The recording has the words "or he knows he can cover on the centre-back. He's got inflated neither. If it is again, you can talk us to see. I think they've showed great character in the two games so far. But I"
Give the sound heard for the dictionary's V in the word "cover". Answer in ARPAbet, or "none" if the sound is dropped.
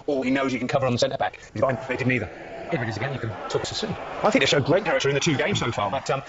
V